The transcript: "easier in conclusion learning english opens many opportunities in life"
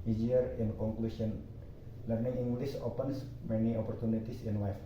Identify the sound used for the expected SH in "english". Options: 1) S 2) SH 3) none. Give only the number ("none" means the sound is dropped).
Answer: 1